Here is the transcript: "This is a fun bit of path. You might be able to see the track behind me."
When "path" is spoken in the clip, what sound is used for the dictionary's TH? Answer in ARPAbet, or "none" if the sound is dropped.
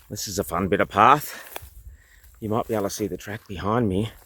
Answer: TH